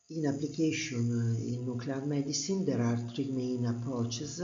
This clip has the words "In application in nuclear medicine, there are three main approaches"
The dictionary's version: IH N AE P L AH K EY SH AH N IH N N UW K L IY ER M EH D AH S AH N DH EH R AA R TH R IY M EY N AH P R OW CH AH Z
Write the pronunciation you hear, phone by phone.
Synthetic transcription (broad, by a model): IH N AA P L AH K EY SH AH N IH N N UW K L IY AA M EH D AH S AH N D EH R AA R T R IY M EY N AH P R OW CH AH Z